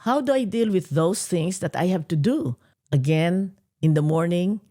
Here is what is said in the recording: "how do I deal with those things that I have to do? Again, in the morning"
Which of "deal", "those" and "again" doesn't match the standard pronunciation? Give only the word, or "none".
those